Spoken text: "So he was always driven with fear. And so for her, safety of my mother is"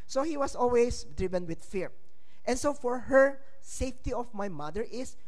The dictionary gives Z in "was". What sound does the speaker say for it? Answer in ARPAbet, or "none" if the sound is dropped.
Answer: S